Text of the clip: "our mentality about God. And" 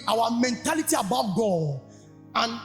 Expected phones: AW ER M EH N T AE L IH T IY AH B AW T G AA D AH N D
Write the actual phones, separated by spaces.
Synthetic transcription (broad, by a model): AW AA M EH N T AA L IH T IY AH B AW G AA AH N